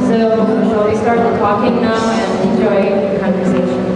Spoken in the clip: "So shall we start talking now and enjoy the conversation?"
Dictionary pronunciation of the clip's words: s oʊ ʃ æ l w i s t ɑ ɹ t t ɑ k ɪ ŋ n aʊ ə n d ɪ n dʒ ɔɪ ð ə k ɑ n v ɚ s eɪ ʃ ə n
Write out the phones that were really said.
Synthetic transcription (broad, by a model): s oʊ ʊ w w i s t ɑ ɹ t t ɑ k ɪ ŋ n aʊ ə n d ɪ n dʒ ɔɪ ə k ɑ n v ɚ s eɪ ʃ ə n